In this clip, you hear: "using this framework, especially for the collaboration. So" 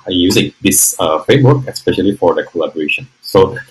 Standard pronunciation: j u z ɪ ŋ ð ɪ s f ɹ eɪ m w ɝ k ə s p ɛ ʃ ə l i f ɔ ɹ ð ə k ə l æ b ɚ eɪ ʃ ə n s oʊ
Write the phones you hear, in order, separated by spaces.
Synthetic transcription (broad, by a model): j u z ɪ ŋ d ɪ s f eɪ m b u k ə s p ɛ ʃ ə l i f ɔ ɹ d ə k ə l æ b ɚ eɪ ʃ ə n s oʊ